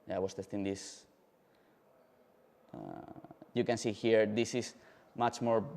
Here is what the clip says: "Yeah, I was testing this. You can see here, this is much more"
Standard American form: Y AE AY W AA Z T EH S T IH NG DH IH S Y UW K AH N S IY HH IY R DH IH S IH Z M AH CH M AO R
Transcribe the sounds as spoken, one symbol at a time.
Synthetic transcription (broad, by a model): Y AY W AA S T EH S T IH NG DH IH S Y UW K AH N S IY HH IY R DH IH S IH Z M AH CH M AO R